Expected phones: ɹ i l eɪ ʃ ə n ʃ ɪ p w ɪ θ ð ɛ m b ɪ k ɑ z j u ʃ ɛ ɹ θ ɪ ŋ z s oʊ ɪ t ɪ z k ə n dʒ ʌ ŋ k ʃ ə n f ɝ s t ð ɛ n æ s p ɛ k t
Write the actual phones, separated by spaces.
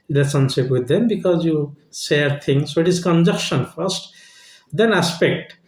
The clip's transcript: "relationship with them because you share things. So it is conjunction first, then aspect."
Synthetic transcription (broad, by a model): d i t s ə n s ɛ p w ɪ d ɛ m b ɪ k ɑ z j u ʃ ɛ ɹ t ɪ ŋ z s oʊ ɪ t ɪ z k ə n dʒ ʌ k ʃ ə n f ɝ s t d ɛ n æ s p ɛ k t